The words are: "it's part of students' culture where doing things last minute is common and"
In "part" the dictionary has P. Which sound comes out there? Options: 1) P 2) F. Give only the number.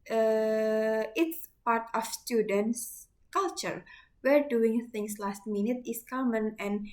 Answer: 1